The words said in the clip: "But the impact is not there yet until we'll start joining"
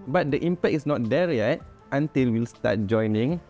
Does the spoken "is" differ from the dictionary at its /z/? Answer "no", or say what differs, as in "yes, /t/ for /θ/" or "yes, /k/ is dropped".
yes, /s/ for /z/